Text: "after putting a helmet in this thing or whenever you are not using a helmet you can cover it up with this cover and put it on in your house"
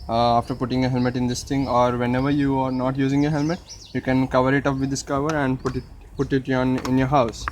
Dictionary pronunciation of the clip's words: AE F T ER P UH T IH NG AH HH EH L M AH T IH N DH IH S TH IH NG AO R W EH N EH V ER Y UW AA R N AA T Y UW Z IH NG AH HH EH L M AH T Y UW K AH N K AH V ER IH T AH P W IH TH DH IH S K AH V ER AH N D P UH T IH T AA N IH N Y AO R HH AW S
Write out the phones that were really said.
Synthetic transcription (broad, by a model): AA F T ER P UH T IH NG AH HH EH L M AH T IH N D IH S T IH NG AO R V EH N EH V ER Y UW AA R N AA T Y UW Z IH NG AH HH EH L M AH T Y UW K AH N K AH V ER IH T AH P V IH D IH S K AH V ER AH N D P UH T IH T AA N IH N Y AO R HH AW S